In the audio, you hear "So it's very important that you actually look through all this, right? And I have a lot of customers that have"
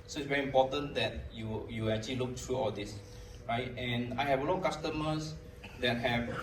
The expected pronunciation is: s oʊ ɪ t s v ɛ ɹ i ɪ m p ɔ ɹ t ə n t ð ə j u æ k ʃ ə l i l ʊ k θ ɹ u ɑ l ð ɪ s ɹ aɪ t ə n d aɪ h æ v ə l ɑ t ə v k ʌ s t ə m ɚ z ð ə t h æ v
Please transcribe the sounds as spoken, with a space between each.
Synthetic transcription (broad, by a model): s oʊ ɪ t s v ɛ ɹ i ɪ m p ɔ t ə n t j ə j u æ k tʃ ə l i l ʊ k t ɹ u ɑ l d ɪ s ɹ aɪ t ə n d aɪ h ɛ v ə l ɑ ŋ k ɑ s t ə m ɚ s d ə t h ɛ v